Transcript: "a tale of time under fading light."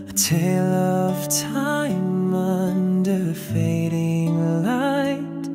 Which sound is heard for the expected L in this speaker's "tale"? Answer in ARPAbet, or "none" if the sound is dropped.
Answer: L